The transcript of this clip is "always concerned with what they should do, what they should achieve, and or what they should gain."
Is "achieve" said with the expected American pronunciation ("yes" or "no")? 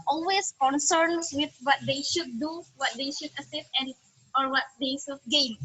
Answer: no